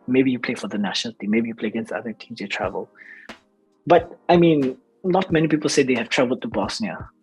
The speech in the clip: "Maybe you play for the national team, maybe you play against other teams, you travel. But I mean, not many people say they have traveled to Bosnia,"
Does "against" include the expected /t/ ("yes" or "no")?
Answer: no